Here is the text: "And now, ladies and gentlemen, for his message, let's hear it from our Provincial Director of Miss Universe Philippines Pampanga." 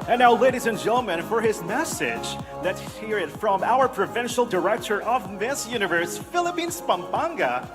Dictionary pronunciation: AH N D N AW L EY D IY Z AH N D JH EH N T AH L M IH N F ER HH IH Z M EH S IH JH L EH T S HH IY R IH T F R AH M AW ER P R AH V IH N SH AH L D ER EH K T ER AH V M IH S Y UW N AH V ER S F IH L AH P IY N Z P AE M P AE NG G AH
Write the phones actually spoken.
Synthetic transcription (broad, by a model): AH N N AW L EY D IY Z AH N JH EH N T L M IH N F ER IH Z M EH S IH JH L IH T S HH IY R IH T F R AH M AW ER P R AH V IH N SH L D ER EH K T ER AH V M IH S Y UW N AH V ER S F IH L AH P IY N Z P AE M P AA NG G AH